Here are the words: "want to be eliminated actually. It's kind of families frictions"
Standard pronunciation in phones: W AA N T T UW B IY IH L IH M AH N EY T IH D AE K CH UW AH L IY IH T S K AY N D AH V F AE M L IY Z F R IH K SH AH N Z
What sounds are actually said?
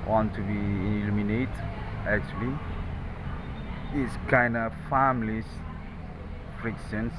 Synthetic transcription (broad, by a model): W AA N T T UW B IY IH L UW M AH N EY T AE K CH UW AH L IY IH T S K AY N D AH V F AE M L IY S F R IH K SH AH N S